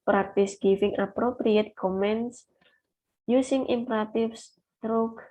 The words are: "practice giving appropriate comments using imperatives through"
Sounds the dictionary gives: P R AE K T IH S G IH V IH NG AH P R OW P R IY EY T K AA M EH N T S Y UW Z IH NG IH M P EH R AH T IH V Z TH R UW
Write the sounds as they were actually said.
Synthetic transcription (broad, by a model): P R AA K T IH S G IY F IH NG AH P R OW P R IY EY T K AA M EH N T S Y UW S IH NG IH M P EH R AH T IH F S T R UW